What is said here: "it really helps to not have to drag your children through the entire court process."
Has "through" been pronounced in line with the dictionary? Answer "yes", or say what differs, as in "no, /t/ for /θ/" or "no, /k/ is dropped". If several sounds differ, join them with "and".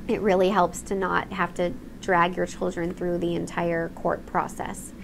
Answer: yes